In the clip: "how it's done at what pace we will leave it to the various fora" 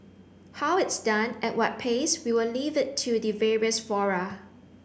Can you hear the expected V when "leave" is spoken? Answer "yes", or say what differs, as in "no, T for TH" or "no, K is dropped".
yes